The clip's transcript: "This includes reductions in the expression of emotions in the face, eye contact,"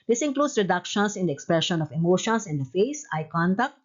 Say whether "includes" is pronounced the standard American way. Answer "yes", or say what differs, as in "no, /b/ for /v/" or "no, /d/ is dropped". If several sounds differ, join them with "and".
no, /s/ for /z/